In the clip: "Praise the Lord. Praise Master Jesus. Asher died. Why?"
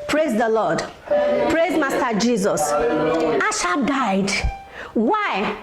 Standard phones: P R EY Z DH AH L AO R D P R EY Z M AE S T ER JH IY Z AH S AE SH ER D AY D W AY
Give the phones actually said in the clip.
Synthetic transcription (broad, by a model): P R EY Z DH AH L AO D P R EY Z M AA S T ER JH IY Z AH S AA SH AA D AY D W AY